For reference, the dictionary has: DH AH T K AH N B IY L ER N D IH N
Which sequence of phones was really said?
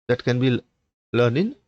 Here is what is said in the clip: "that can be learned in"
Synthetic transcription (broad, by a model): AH T K AH N B IY L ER N IH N